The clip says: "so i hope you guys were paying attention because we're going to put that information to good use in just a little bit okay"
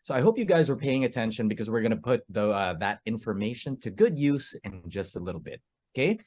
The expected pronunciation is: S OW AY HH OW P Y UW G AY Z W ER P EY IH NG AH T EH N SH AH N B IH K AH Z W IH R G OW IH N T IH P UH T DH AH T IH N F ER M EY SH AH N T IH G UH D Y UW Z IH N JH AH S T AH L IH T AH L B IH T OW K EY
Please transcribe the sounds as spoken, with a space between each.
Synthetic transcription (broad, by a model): S OW AY HH OW P Y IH G AY Z W ER P EY IH NG AH T EH N SH AH N B IH K AH Z W IH R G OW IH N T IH P UH T DH AH T IH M F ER M EY SH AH N T IH G UH D Y UW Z IH N JH AH S T AH L IH T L B IH T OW K EY